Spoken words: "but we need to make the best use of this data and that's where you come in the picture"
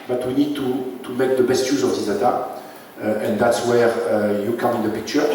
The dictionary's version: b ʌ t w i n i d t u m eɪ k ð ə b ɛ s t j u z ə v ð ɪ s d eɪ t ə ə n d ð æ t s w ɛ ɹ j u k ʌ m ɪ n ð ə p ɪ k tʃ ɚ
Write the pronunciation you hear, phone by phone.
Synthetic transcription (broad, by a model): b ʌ t w i n i d t u m eɪ k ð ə b ɛ s t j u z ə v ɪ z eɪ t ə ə n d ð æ t s w ɛ ɹ j u k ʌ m ɪ n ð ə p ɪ k tʃ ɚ